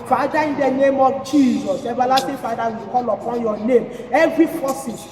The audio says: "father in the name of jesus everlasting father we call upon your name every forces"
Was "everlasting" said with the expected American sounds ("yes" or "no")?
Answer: no